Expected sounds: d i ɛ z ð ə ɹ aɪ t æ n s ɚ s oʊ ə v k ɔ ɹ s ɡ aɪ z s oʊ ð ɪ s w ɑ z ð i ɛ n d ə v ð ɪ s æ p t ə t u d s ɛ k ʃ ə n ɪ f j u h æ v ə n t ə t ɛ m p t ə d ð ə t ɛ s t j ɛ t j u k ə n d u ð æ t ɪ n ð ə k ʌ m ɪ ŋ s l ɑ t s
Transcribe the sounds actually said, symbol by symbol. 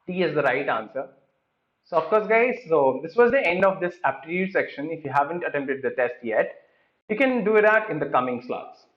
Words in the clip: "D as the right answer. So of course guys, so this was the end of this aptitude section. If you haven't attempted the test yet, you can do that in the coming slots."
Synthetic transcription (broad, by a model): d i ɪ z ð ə ɹ aɪ t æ n s ɚ s oʊ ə f k ɔ ɹ s ɡ aɪ z s oʊ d ɪ s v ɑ z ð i ɛ n d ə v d ɪ s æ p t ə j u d s ɛ k ʃ ə n ɪ f j u h æ v ə n t ə t ɛ m p t ə d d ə t ɛ s t j ɛ t j u k ə n d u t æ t ɪ n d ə k ʌ m ɪ ŋ s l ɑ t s